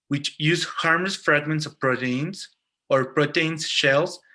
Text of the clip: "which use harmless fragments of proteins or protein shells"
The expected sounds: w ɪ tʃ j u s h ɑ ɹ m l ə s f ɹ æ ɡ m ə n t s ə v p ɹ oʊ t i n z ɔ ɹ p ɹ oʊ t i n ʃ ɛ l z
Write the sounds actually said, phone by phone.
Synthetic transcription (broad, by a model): w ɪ tʃ j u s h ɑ ɹ m ə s f ɹ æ ɡ m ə n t s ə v p ɹ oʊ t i n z ɔ ɹ p ɹ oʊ t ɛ n ʃ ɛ l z